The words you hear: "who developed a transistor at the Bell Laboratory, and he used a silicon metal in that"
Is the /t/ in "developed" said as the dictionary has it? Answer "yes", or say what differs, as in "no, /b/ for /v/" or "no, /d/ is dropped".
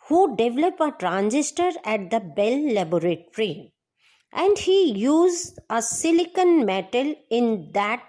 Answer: no, /t/ is dropped